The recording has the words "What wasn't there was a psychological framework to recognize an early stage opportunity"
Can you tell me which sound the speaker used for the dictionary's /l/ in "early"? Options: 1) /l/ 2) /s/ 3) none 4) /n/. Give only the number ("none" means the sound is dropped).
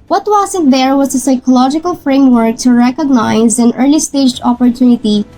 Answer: 1